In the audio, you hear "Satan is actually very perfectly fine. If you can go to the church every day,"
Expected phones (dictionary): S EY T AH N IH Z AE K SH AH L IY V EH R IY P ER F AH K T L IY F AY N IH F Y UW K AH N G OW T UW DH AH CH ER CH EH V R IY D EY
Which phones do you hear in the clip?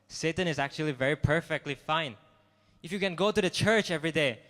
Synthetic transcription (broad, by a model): S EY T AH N IH Z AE K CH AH L IY V EH R IY P ER F AH K T L IY F AY N IH F Y UW K AH N G OW T UW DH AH CH ER CH EH V R IY D EY